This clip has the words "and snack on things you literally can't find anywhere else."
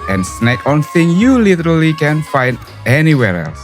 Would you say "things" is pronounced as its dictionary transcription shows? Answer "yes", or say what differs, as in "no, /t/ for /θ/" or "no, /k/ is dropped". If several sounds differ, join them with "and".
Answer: no, /z/ is dropped